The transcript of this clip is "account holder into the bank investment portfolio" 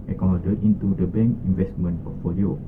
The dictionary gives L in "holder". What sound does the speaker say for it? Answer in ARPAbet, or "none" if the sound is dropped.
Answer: none